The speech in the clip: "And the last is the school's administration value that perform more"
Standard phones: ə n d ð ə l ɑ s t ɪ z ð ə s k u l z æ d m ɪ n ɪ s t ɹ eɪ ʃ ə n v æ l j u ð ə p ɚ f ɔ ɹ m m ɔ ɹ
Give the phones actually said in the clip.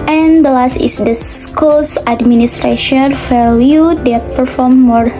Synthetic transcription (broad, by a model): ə n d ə l ɑ s t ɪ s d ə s k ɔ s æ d m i n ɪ s t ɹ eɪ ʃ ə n f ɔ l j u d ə p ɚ f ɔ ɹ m m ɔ ɹ